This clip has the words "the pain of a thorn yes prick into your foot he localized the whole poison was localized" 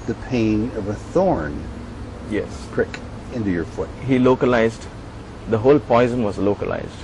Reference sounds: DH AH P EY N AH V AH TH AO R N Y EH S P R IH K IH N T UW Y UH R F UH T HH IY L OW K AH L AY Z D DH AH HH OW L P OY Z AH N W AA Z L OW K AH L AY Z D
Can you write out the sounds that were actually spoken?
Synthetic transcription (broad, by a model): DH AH P EY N AH V AH TH AO R N Y EH S P R IH K IH N T UW Y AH R F UH T HH IY L OW K AH L AY Z D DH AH HH OW L P OY Z AH N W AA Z L OW K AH L AY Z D